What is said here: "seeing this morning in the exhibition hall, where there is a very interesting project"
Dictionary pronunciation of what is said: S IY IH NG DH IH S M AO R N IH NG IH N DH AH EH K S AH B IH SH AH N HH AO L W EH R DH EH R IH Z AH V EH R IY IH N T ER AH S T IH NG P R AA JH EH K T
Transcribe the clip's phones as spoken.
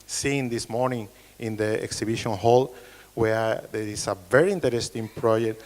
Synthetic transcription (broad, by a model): S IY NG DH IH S M AO R N IH NG IH N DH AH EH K S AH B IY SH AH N HH AO L W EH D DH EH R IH S AH V EH R IY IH N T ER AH S T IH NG P R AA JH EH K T